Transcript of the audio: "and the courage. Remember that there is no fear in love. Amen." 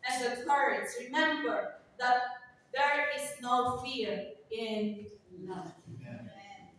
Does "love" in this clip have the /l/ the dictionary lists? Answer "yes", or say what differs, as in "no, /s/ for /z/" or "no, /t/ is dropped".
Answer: no, /n/ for /l/